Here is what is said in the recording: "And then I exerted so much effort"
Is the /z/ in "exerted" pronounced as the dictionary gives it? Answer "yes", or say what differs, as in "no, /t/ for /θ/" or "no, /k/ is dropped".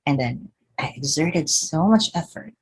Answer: yes